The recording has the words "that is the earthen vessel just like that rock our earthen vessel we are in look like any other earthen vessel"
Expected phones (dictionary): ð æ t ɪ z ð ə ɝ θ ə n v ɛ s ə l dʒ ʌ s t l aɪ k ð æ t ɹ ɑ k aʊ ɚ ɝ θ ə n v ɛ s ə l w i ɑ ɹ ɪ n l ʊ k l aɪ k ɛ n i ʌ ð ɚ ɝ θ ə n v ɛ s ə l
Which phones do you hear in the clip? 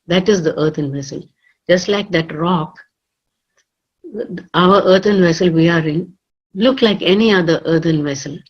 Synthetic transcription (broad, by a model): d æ t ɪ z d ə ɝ t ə n v ɛ s ə l dʒ ʌ s t l aɪ k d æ t ɹ ɑ k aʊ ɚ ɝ t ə n v ɛ s ə l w i ɑ ɹ ɪ n l ʊ k l aɪ k ɛ n i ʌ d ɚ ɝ t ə n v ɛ s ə l